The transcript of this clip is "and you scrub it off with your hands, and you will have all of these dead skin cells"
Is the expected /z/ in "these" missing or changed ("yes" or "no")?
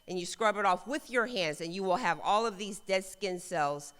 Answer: no